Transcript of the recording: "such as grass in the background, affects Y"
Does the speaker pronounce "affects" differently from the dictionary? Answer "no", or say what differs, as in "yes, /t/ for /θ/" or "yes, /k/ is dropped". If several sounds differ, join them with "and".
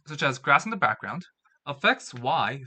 no